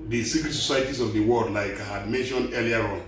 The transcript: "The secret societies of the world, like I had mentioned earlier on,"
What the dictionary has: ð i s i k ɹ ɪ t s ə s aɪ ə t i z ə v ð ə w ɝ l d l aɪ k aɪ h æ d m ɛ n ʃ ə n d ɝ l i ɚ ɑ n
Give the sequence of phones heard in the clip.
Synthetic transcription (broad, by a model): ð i s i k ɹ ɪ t s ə s aɪ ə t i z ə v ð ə w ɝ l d l aɪ k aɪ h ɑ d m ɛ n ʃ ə n ɝ l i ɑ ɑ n